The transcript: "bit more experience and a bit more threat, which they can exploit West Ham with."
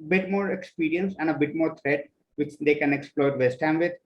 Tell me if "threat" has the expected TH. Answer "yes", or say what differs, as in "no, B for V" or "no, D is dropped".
no, T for TH